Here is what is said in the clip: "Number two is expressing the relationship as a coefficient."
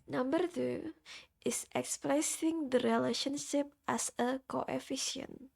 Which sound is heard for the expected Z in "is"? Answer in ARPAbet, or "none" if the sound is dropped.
S